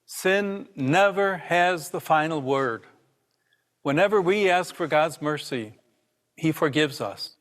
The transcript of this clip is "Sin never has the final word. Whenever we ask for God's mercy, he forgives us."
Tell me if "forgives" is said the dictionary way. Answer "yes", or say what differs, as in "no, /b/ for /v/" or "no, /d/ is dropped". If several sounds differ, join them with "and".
yes